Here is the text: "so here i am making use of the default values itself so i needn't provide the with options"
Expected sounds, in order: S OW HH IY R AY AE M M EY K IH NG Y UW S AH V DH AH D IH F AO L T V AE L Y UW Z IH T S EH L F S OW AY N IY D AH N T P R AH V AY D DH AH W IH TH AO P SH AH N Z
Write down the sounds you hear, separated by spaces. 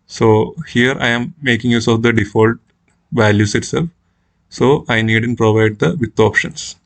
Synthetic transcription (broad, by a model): S OW HH IY R AY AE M M EY K IH NG Y UW S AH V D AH D IH F AO L T V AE L Y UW S IH T S EH L F S OW AY N IY D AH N P R AH V AY D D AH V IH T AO P SH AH N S